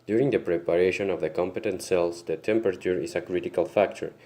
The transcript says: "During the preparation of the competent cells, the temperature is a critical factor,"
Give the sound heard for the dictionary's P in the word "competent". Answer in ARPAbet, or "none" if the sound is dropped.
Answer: P